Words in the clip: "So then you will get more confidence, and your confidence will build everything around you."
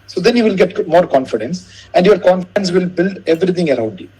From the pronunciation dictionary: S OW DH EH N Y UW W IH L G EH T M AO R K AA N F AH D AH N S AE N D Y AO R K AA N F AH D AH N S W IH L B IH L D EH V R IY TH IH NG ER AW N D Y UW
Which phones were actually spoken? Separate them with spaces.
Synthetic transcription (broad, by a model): S OW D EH N Y UW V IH L G EH T M AO R K AA N F AH D AH N S AE N D Y AO R K AA N F AH D AH N S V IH L B IH L D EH V R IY T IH NG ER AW N D Y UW